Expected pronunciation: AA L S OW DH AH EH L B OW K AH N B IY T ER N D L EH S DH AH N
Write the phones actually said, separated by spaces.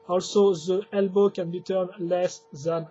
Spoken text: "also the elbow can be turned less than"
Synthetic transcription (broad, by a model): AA L S OW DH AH EH L B OW K AH N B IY T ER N L EH S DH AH N